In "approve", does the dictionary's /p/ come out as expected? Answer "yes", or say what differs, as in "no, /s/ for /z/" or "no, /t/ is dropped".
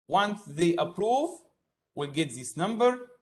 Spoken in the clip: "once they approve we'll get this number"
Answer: yes